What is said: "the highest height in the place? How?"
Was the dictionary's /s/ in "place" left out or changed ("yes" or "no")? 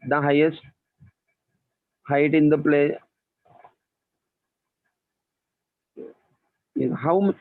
yes